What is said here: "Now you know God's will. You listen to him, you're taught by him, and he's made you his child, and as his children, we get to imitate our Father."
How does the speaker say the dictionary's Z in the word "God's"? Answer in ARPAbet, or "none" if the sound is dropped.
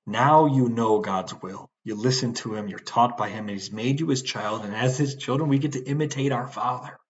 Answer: Z